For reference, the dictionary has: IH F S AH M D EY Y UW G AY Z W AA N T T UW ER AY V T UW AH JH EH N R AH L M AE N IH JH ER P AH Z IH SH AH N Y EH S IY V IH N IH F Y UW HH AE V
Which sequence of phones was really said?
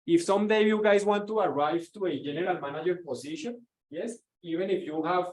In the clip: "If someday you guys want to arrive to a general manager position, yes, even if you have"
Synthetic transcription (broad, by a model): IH F S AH M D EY Y UW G AY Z W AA N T T UW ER AY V T UW AH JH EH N R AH L M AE N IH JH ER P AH S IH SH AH N Y EH S IY V IH N IH F Y UW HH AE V